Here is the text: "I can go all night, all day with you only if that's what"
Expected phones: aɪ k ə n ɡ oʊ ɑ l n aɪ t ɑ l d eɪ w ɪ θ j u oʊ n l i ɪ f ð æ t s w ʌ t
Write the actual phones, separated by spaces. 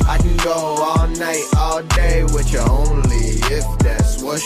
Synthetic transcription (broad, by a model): aɪ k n ɡ oʊ ɑ l n aɪ t ɑ l d eɪ w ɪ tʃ oʊ n l i ɪ f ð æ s w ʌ